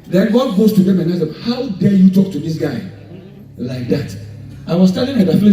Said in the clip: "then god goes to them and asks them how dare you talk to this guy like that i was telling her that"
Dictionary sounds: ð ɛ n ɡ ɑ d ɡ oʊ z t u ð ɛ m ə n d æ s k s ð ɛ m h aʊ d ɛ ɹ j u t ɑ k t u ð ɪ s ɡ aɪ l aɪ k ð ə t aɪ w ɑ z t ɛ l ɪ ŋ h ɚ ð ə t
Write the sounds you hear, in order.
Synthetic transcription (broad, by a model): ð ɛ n ɡ ɑ d ɡ oʊ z t u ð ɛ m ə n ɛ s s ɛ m h aʊ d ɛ j u t ɑ k t u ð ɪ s ɡ aɪ l aɪ k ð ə t aɪ w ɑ s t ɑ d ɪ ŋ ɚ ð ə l